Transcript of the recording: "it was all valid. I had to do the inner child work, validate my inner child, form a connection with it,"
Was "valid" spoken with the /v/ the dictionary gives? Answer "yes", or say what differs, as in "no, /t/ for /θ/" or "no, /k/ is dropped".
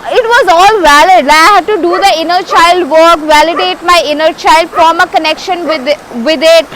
yes